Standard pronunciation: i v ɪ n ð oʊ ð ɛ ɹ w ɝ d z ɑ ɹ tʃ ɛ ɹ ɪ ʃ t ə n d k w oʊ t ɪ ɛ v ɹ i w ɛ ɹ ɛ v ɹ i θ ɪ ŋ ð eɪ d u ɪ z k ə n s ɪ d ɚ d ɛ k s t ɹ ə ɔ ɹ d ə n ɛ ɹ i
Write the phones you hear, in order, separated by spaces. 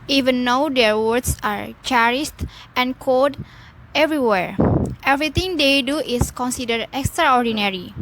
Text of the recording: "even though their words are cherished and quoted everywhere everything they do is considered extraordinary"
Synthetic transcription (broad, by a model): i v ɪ n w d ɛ ɹ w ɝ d s ɑ ɹ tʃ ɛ ɹ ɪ s t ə n k oʊ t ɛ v ɹ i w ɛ ɹ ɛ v ɹ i t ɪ ŋ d eɪ d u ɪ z k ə n s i d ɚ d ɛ k s t ɹ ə ɔ ɹ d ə n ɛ ɹ i